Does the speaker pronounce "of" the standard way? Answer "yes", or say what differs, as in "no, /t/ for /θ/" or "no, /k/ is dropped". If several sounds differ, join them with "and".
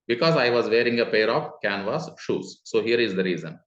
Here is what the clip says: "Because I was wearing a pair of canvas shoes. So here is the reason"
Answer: no, /p/ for /v/